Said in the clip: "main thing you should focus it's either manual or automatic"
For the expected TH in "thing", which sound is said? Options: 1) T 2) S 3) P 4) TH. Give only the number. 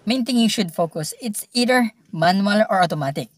1